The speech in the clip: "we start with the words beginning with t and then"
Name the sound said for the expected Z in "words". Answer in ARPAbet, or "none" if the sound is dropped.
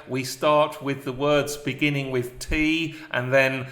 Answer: Z